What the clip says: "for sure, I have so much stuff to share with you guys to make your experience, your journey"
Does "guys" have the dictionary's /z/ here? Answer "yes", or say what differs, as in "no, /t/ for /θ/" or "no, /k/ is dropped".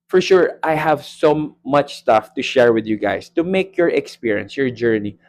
no, /s/ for /z/